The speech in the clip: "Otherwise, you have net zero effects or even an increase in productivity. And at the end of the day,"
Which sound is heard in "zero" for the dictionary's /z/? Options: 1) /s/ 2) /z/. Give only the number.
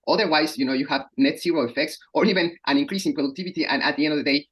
1